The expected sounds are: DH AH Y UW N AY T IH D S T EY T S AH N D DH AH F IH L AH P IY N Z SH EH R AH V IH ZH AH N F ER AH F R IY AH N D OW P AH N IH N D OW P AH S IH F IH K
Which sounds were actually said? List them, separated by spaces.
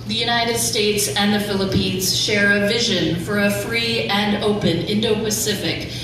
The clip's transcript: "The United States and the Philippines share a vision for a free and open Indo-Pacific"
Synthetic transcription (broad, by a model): DH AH Y UW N AY T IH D S T EY T S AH N DH AH F IH L AH P IY N Z SH EH R AH V IH ZH AH N F ER AH F R IY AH N OW P AH N IH N D OW P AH S IH F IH K